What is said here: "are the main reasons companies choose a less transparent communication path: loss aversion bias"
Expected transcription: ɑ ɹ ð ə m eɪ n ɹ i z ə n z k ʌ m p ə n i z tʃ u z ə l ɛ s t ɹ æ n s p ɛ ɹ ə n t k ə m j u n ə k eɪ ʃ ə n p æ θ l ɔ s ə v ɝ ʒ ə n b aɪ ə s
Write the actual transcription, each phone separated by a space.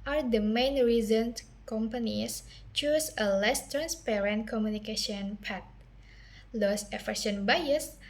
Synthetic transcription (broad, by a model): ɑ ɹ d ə m eɪ n ɹ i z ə n k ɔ m p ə n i s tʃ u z ə l ɛ s t ɹ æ n s p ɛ ɹ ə n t k ə m j u n ə k eɪ ʃ ə n p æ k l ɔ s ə f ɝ ʃ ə n b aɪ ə s